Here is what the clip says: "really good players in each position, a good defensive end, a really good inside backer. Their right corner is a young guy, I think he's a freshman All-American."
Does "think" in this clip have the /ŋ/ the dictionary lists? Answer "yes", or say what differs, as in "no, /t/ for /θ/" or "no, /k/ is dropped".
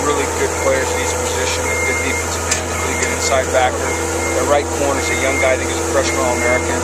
no, /ŋ/ is dropped